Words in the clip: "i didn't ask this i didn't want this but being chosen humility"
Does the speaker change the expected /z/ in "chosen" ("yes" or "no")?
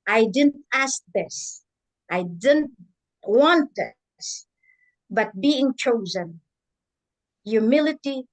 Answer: no